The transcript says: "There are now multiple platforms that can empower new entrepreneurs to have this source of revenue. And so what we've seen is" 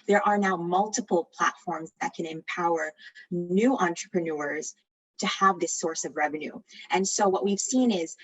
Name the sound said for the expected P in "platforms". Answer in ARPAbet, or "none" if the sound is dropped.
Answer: P